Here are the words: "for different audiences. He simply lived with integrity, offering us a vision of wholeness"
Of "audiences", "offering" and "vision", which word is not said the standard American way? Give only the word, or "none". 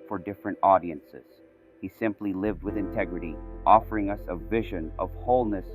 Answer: none